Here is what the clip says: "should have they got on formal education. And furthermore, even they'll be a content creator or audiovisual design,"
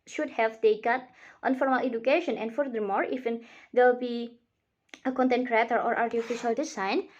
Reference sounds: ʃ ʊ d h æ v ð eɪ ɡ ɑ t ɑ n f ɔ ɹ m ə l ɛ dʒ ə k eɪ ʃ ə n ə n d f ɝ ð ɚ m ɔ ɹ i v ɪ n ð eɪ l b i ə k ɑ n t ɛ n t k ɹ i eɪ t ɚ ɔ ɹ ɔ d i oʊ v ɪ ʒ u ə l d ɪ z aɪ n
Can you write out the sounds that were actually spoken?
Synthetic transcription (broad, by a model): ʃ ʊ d h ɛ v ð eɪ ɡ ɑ t ɑ n f ɔ ɹ m ə l ɛ dʒ ə k eɪ ʃ ə n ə n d f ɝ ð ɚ m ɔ ɹ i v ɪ n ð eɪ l b i ə k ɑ n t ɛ n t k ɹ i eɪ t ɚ ɔ ɹ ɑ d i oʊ f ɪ ʃ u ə l d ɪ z aɪ n